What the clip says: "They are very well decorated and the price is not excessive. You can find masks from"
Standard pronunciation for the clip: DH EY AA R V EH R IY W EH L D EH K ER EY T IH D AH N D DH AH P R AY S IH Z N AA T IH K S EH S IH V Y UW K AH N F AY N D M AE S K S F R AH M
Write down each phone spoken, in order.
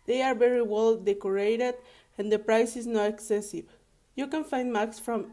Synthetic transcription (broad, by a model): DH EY AA R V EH R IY W EH L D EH K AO EY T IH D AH N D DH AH P R AY S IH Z N AA T IH K S EH S IH V Y UW K AH N F AY N D M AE K S F R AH M